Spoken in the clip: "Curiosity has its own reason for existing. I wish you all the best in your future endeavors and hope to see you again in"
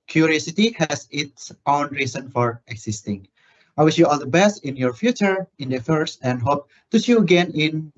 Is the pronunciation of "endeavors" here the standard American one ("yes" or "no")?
no